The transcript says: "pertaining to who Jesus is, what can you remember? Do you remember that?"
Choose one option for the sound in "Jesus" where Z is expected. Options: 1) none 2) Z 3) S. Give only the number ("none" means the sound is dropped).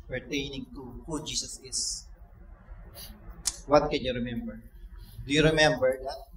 3